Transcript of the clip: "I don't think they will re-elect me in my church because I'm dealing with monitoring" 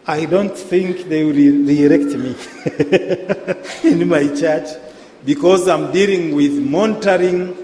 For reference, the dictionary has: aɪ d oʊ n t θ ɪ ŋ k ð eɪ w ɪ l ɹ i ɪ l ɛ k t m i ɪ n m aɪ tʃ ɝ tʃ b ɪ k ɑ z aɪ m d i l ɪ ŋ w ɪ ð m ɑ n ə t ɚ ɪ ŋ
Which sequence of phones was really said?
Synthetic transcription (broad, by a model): aɪ d oʊ n t θ ɪ ŋ k ð eɪ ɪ w ɹ i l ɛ k t m i ɪ n m aɪ tʃ ɝ tʃ b ɪ k ɑ z aɪ m d i l ɪ ŋ w ɪ ð m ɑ n t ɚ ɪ ŋ